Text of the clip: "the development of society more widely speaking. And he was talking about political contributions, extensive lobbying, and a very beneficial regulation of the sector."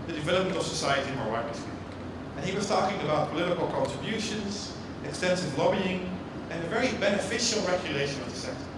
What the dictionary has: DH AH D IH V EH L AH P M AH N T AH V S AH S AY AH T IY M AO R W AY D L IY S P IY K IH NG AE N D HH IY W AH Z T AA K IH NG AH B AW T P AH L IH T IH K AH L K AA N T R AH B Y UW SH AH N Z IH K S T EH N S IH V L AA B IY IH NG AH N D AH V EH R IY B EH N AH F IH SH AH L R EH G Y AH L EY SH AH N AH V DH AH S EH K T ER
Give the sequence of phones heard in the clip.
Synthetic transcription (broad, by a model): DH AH D IH V EH L AH P M AH N T AH V S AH S AY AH T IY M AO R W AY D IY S IY IH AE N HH IY W AH Z T AA K IH NG AH B AW T P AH L IH T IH K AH L K AA N T R AH B Y UW SH AH N Z IH K S T EH N S IH V L AA B IY IH NG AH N AH V EH R IY B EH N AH F IH SH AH L R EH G Y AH L EY SH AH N AH V DH AH S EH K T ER